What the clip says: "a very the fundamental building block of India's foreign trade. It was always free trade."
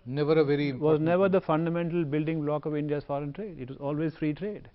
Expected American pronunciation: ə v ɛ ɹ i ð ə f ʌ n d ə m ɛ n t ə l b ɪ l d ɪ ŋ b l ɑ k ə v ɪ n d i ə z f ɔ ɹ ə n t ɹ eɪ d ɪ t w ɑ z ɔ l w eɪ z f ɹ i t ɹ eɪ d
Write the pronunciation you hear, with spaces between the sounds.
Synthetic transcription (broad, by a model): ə v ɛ ɹ i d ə f ʌ n d ə m ɛ n t ə l b ɪ l d ɪ ŋ b l ɑ k ə v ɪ n d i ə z f ɔ ɹ ə n t ɹ eɪ d ɪ t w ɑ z ɔ l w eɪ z f ɹ i t ɹ eɪ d